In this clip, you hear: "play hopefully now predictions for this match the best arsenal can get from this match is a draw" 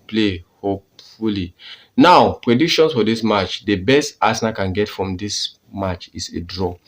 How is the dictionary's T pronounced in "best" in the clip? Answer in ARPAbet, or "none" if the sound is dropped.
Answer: T